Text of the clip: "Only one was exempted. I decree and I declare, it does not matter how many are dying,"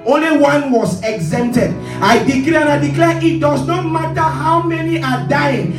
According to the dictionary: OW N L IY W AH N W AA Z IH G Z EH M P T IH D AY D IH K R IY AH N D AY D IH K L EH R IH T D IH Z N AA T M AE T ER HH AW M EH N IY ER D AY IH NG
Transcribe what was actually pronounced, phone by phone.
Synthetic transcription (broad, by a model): OW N L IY W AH N W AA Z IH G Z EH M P T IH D AY D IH K L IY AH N AY D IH K L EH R IH T D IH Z N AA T M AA T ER HH AW M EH N IY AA D AY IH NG